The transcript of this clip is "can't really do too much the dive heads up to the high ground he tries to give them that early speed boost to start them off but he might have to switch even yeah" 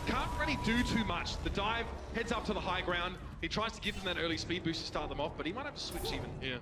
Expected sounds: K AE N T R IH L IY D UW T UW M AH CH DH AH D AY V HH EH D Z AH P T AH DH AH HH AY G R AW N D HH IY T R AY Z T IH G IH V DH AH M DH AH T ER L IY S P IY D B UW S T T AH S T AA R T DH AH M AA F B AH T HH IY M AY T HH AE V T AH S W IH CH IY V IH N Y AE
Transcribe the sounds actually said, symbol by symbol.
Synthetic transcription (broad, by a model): K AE N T R IH L IY D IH T UW M AH CH DH AH D AY V HH EH D Z AH P T AH DH AH HH AY G R AW N D HH IY T R AY Z T IH G IH V DH AH M DH AH T ER L IY S P IY D B UW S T T AH S T AA R T DH AH M AA F B AH T HH IY M AY T HH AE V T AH S W IH CH IY V IH N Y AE